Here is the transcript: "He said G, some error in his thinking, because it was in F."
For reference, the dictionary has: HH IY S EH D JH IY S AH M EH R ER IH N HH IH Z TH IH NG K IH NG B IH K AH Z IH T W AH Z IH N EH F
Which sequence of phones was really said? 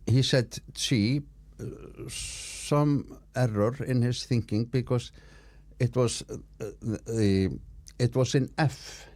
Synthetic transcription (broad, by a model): HH IY S EH D CH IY S AH M EH R ER IH N HH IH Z TH IH NG K IH NG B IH K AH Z IH T W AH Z IH N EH F